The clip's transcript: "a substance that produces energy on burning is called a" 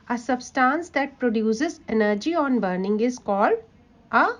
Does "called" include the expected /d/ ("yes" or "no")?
no